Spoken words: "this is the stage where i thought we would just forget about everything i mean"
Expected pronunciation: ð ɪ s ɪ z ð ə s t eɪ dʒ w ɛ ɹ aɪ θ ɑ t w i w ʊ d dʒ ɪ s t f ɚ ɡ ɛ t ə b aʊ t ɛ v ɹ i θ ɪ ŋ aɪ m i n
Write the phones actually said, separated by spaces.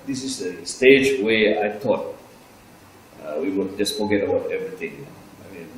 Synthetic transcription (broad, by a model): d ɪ s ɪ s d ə s t eɪ dʒ w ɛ aɪ t ɑ t w i w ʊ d dʒ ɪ s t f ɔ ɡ ɛ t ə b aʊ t ɛ v ɹ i t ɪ ŋ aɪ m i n